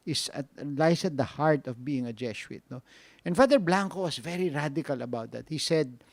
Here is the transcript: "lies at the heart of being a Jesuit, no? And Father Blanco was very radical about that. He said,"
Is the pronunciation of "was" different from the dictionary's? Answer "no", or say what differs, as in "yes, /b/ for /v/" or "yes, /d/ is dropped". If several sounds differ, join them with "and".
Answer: yes, /s/ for /z/